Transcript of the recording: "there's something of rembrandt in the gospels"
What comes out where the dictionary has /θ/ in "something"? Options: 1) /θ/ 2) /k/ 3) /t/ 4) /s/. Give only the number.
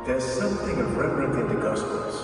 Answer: 1